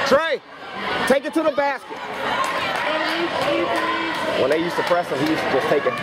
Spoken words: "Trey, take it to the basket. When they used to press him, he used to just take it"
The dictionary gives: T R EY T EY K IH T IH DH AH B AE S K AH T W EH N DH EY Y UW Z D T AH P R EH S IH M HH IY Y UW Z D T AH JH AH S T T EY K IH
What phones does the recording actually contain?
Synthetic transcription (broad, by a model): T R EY T EY K IH T IH DH AH B AE S K AH T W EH L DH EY Y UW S T AH P R EH S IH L HH IY Y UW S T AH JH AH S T T EY K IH